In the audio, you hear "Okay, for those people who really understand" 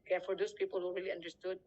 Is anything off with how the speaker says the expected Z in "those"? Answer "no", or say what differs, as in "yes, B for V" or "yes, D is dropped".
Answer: yes, S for Z